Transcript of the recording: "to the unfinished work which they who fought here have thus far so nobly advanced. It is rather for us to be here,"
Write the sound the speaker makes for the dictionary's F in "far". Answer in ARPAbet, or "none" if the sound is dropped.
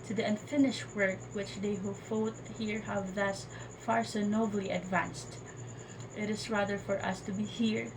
F